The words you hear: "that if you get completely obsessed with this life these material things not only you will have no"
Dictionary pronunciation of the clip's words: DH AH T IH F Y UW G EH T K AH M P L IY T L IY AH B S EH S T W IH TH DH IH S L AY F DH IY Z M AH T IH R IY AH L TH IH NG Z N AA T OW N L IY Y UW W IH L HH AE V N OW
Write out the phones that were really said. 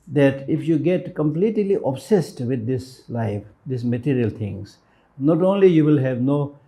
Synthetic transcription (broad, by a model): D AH T IH F Y UW G EH T K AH M P L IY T L IY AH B S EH S T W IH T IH S L AY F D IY S M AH T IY R IY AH L T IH NG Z N AA T OW N L IY Y UW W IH L HH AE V N OW